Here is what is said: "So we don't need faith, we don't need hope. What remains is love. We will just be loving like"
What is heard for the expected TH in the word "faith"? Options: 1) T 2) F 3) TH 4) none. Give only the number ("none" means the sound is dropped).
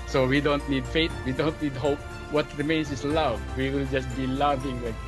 1